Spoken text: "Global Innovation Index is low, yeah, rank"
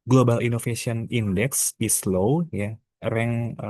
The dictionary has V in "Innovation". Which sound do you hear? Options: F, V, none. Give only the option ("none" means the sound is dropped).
F